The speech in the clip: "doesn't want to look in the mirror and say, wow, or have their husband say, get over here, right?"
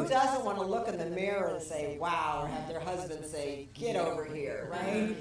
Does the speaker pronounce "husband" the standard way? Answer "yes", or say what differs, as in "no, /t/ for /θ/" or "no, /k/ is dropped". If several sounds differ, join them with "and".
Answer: yes